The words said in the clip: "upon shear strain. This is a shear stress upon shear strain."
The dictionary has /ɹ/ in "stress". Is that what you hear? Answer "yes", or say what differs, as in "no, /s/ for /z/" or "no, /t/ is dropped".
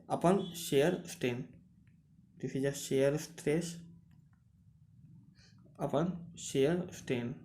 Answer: yes